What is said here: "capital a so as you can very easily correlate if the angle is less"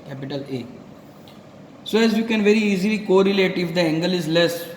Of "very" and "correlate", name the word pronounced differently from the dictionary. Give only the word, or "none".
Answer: none